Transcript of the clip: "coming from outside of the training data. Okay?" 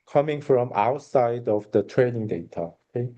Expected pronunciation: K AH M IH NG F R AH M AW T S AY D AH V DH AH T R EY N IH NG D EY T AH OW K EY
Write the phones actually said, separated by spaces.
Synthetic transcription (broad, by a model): K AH M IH NG F R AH M AW T S AY D AH V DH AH T R EY N IH NG D EY T AH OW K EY